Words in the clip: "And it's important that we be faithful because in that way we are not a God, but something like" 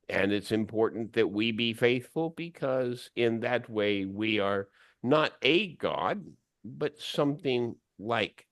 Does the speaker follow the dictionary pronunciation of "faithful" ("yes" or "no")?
yes